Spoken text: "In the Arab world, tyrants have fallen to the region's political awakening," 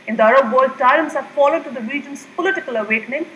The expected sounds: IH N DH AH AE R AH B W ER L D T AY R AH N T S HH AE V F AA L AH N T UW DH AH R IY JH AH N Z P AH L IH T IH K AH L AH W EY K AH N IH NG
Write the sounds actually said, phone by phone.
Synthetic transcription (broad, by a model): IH N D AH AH R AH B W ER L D T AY AH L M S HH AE F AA L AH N T UW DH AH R IY JH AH N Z P AH L IH T IH K AH L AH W EY K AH N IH NG